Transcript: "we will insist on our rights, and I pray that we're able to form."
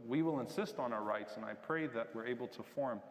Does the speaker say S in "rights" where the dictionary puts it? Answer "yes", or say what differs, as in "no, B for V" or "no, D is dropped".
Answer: yes